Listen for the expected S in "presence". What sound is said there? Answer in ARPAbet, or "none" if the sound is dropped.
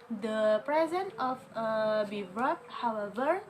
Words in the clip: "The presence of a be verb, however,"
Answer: none